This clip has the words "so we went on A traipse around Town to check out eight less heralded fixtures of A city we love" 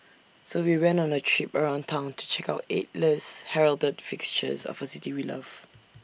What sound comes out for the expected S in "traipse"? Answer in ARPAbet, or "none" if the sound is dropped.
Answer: none